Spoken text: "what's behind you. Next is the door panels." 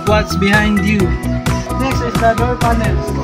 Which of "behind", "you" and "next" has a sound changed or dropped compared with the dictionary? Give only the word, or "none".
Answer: next